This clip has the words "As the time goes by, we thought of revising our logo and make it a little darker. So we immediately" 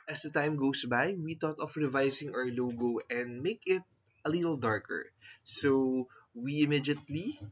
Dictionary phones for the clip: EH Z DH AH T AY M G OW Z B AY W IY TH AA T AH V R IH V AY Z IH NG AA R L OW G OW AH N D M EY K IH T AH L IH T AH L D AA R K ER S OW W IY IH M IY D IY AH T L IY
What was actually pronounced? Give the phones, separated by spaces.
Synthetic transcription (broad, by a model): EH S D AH T AY M G OW S B AY W IY T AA T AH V R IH V AY S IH NG AA R L OW G OW AH N D M EY K IH T AH L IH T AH L D AA R K ER S OW W IY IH M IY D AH T L IY